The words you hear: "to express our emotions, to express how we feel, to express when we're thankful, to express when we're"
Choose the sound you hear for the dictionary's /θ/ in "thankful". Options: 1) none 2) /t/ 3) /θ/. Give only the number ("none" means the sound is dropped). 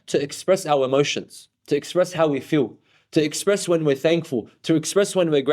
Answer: 3